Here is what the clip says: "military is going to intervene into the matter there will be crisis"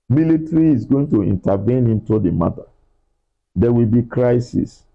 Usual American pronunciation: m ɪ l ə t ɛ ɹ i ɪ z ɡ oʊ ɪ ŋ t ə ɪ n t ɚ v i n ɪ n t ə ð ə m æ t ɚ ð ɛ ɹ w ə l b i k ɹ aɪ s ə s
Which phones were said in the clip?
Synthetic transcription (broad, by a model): m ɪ l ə t ɹ i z ɡ oʊ ɪ ŋ t ə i n t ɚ v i n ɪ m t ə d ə m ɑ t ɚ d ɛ w ə l b i k ɹ aɪ s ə s